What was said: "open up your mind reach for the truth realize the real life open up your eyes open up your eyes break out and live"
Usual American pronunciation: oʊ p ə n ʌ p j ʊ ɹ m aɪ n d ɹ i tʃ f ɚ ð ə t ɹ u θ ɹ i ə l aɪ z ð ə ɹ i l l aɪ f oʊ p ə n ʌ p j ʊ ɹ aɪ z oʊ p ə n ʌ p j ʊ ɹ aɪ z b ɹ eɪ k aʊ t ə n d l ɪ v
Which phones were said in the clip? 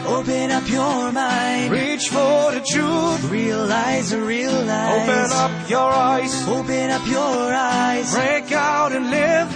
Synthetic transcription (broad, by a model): oʊ p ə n ʌ p j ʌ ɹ m aɪ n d ɹ i tʃ f ɚ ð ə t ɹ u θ ɹ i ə l aɪ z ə ɹ i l l aɪ oʊ p ə n ʌ p j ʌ ɹ aɪ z oʊ p ə n ʌ p j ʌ ɹ aɪ z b ɹ eɪ k aʊ t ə n l ɪ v